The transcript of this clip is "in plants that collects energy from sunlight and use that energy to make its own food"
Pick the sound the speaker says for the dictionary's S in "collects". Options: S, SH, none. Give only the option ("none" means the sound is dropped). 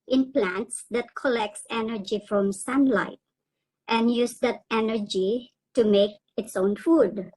S